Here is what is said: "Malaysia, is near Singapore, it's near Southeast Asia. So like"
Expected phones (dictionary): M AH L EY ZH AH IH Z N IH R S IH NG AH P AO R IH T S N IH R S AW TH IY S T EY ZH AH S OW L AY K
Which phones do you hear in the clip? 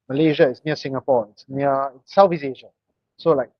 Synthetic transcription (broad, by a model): M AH L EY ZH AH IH S N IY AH S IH NG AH P AO IH T S N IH S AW F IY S EY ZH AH S OW L AY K